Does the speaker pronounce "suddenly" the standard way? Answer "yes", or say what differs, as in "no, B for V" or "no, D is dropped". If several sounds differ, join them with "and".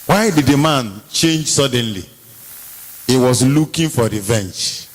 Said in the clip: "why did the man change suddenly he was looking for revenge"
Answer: yes